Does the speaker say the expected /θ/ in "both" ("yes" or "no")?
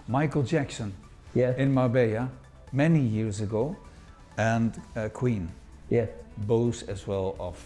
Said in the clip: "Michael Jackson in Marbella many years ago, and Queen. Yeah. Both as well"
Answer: no